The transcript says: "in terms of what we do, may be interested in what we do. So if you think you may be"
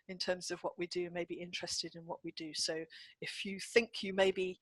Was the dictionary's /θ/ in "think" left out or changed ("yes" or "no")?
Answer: no